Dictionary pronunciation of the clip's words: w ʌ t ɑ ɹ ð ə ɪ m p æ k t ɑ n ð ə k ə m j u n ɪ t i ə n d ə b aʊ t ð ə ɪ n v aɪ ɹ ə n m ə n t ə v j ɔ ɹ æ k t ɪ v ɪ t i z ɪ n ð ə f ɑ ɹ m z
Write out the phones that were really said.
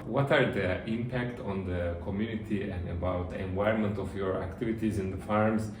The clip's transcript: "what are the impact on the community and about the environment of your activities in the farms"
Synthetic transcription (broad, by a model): w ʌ t ɑ ɹ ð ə ɪ m p æ k t ɑ n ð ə k ə m j u n ɪ t i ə n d ə b aʊ t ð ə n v aɪ ə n m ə n t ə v j ɔ ɹ æ k t ɪ v ɪ t i z ɪ n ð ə f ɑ ɹ m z